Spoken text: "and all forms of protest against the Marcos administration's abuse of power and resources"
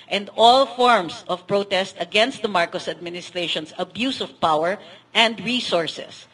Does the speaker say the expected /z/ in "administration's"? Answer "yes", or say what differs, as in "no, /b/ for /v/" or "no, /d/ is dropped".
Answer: no, /s/ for /z/